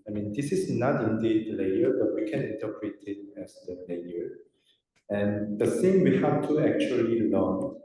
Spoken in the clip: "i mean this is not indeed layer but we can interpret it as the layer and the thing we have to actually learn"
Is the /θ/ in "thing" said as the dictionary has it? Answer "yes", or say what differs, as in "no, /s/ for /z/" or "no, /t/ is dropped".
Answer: no, /s/ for /θ/